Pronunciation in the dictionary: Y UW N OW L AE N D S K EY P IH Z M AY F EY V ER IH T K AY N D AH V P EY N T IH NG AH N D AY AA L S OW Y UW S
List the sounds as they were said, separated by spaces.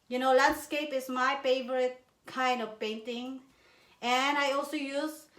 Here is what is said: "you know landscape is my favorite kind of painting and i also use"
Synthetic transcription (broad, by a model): Y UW N OW L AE N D S K EY P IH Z M AY F EY V ER IH T K AY N D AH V P EY N T IH NG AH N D AY AA L S OW Y UW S